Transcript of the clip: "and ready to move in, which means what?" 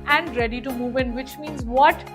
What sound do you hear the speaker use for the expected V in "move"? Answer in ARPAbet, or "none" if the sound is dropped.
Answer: V